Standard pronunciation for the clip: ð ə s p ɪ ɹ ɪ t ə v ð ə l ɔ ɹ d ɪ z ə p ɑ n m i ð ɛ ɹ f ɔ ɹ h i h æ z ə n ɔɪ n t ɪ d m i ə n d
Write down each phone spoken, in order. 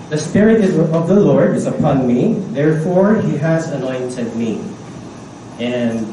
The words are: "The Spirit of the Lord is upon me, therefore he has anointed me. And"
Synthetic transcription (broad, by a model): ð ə s p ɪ ɹ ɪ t ə v ð ə l ɔ ɹ d ɪ z ə p ɑ n m i ð ɛ ɹ f ɔ ɹ h i h æ z ə n ɔɪ n t ɪ d m i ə n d